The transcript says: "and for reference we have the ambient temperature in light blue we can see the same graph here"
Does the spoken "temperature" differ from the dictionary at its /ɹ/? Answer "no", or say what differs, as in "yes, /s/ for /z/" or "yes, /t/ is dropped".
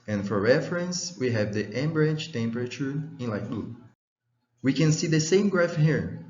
no